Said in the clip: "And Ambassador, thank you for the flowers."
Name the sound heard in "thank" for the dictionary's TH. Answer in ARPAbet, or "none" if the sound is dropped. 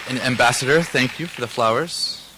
TH